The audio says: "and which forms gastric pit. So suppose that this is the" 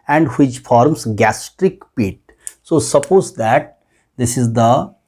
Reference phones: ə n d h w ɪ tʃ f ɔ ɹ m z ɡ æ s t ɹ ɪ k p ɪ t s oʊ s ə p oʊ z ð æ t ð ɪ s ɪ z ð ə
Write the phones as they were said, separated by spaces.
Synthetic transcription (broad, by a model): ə n d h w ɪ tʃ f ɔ ɹ m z ɡ æ s t ɹ ɪ k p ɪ t s oʊ s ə p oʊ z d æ t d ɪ s ɪ z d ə